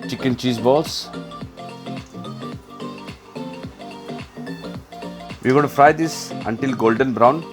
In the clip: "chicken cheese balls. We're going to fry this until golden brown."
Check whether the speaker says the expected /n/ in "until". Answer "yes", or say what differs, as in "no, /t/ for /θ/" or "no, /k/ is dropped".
yes